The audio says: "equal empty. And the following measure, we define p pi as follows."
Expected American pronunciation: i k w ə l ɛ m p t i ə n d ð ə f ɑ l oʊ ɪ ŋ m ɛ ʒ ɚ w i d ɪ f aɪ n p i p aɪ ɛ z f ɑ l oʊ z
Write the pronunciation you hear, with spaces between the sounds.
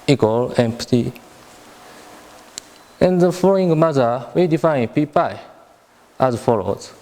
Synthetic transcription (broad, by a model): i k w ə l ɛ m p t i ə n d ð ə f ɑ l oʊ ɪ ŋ m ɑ z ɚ w i d ɪ f aɪ n p i p aɪ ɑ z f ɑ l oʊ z